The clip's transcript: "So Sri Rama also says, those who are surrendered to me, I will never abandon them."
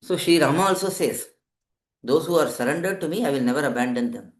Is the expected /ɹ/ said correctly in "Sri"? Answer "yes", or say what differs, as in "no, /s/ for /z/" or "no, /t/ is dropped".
no, /ɹ/ is dropped